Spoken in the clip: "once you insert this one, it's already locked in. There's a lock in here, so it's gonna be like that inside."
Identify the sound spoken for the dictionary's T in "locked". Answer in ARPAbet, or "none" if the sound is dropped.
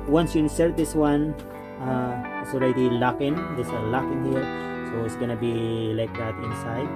none